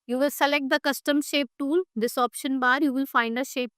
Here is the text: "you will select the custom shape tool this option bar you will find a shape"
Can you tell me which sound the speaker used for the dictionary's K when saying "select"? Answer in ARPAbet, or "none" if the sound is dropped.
K